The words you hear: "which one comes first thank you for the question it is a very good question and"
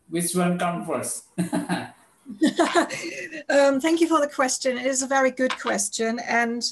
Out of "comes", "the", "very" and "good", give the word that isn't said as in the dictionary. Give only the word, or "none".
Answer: comes